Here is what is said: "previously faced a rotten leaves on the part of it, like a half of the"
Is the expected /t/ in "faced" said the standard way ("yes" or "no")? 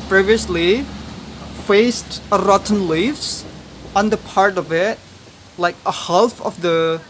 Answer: yes